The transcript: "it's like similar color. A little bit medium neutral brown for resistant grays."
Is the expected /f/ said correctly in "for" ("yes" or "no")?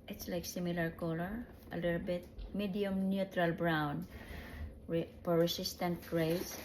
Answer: no